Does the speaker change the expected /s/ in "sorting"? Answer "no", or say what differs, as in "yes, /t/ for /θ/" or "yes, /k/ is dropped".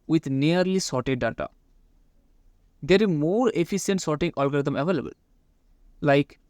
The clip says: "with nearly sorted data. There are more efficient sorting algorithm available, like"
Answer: no